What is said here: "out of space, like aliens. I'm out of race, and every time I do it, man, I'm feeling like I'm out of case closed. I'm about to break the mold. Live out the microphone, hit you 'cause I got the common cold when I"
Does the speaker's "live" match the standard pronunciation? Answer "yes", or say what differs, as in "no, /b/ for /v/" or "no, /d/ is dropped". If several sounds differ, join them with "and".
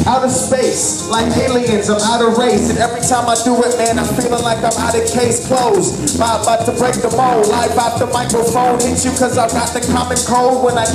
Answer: no, /b/ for /v/